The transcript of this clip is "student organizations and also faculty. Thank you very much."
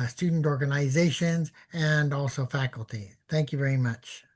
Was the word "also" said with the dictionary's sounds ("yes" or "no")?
yes